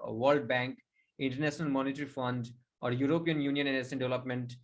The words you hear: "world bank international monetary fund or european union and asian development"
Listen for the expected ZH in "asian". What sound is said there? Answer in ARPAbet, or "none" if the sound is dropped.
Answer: S